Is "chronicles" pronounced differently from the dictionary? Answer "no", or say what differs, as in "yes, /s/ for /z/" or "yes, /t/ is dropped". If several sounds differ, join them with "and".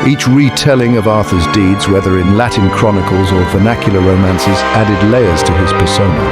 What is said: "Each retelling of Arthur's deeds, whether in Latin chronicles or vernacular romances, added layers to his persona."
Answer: no